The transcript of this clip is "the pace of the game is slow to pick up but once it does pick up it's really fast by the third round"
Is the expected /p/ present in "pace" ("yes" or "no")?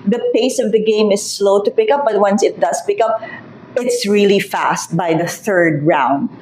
yes